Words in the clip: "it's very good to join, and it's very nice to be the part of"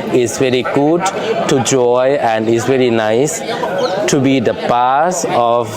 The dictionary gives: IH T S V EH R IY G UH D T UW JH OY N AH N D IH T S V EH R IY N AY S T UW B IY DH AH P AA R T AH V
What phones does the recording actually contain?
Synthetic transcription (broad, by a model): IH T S V EH R IY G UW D T UW JH OY AH N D IH T S V EH R IY N AY S T UW B IY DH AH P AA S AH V